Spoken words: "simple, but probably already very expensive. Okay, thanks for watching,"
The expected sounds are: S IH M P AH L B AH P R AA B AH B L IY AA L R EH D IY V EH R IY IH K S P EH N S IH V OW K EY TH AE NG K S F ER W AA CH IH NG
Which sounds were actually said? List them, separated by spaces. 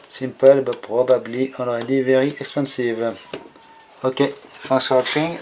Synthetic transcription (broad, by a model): S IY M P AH L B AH P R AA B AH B L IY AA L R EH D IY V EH R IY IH K S P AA S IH V OW K EY F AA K S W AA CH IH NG